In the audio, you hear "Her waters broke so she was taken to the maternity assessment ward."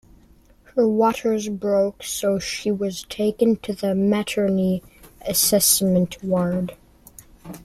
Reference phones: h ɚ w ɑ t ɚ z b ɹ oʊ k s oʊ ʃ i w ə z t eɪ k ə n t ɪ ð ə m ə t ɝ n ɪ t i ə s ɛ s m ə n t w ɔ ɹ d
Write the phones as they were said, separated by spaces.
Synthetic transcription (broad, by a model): h ɚ w ɑ t ɚ z b ɹ oʊ k s oʊ ʃ i w ə z t eɪ k ə n t ɪ ð ə m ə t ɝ n i ə s ɛ s m ə n t w ɔ ɹ d